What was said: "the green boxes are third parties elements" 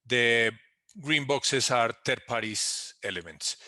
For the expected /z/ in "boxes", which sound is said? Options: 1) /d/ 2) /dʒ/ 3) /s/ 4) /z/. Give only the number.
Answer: 3